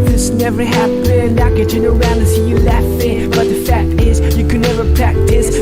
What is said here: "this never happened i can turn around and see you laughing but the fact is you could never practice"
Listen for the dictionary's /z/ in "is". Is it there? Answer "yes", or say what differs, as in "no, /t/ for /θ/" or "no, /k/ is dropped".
yes